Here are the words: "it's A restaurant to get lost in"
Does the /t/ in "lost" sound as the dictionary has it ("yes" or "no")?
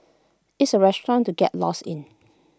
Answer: no